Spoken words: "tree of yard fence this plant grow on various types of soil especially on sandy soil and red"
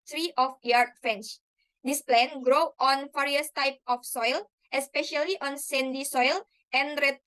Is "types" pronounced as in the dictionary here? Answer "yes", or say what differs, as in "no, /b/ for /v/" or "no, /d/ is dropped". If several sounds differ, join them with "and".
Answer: no, /s/ is dropped